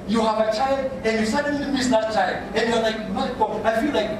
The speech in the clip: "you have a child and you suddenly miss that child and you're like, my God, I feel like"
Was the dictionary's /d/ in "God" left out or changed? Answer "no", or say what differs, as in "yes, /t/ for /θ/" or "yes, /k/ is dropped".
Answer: yes, /d/ is dropped